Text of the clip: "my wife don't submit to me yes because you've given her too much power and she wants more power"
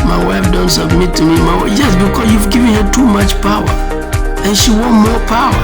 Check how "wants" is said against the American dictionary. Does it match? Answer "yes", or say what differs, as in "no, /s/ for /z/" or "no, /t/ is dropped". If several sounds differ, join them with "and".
no, /s/ is dropped